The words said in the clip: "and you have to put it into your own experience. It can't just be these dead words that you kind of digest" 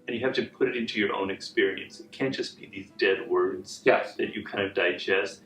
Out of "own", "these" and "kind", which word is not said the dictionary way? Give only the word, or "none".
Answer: none